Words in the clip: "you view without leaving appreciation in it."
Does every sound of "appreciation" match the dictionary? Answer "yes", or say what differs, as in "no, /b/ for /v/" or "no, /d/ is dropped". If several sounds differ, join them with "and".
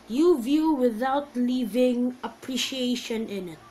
yes